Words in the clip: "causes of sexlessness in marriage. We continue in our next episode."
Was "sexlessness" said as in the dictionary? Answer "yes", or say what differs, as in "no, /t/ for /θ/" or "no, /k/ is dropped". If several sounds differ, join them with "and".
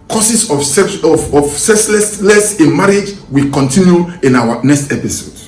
no, /l/ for /n/